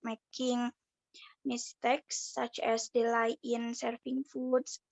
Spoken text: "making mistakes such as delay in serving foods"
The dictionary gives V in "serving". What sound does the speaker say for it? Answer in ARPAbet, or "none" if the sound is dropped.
F